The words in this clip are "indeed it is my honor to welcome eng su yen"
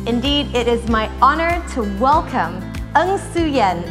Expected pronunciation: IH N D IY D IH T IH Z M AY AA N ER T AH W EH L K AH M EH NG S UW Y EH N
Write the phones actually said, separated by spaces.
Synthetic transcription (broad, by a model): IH N D IY D IH T IH Z M AY AA N ER T AH W EH L K AH M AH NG S UW Y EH N